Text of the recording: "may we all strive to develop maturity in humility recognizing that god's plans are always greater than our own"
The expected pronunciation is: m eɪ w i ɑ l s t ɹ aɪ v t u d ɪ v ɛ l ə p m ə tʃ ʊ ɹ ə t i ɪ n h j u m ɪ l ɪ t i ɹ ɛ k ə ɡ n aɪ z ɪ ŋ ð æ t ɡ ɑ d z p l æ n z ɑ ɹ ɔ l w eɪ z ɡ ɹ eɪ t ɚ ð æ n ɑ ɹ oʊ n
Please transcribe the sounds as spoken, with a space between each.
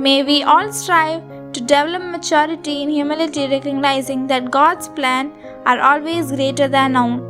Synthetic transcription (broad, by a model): m eɪ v i ɑ l s t ɹ aɪ v t u d ɪ v ɛ l ə p m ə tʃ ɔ ɹ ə t i ɪ n h j u m ɪ l ɪ t i ɹ ɛ k ə ɡ n aɪ z ɪ ŋ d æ t ɡ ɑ d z p l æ n ɑ ɹ ɔ l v eɪ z ɡ ɹ eɪ t ɚ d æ n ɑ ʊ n